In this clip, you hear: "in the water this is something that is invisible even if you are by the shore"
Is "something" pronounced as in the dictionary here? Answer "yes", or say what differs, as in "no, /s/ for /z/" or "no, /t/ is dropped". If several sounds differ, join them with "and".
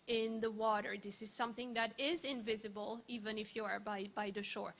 yes